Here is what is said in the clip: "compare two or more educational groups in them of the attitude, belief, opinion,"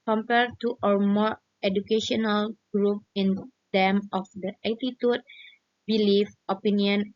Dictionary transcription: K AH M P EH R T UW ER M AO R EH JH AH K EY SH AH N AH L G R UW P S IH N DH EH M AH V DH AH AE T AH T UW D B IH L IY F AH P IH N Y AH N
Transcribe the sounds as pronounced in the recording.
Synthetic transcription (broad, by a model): K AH M P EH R T UW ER M AO R EH JH AH K EY SH AH N AH L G R UW P IH N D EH M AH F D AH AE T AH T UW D B IH L IY F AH P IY N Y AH N